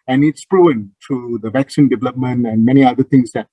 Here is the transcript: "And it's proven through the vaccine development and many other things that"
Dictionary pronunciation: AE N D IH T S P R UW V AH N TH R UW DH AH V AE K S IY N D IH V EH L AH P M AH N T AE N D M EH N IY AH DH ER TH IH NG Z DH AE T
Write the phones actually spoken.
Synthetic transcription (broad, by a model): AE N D IH T S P R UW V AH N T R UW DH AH V AE K S IY N D IH V EH L AH P M AH N T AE N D M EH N IY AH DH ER T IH NG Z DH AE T